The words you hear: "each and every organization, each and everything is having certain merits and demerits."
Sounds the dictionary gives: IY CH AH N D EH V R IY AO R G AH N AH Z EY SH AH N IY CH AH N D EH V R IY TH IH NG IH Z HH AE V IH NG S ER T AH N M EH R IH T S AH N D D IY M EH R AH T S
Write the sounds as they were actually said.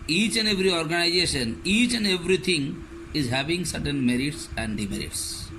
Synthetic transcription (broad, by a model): IY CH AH N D EH V R IY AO R G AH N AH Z EY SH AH N IY CH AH N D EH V R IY T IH NG IH Z HH AE V IH NG S ER T AH N M EH R IH T S AH N D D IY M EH R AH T S